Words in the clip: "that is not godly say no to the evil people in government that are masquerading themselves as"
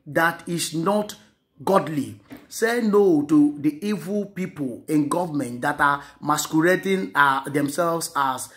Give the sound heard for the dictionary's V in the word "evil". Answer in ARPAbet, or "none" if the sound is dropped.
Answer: V